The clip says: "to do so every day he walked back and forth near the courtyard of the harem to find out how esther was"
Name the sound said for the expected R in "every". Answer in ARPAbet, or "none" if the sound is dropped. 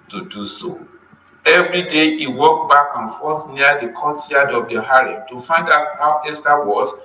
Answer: R